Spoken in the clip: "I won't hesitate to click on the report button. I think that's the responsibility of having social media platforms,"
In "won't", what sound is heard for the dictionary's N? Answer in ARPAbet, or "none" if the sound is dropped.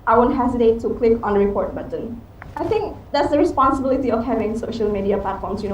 N